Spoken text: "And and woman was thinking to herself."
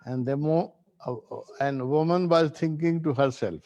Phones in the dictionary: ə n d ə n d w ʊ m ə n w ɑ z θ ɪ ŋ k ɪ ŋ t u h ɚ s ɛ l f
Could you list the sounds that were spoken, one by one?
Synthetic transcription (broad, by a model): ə n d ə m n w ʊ m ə n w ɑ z t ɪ ŋ k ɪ ŋ t u h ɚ s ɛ l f